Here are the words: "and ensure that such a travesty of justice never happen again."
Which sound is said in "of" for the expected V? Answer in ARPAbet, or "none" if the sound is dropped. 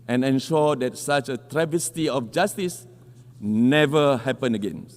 F